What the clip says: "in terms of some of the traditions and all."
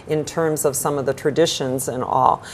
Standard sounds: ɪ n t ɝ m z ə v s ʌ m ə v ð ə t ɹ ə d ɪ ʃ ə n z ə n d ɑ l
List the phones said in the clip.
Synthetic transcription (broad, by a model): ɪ n t ɝ m z ə v s ʌ m ə v ð ə t ɹ ə d ɪ ʃ ə n z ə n ɑ l